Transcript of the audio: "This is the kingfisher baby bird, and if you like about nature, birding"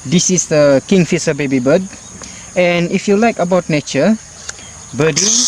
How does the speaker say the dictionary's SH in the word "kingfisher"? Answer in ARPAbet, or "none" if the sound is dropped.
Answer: S